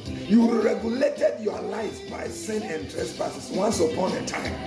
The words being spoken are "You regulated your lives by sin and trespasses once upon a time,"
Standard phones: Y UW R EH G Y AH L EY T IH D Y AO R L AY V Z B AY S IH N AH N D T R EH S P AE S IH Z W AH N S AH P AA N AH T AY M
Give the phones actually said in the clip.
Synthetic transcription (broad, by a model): Y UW R EH G Y AH L EY T IH D Y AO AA L AY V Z B AY S IH N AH N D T R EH S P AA S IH S W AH N S AH P AA N AH T AY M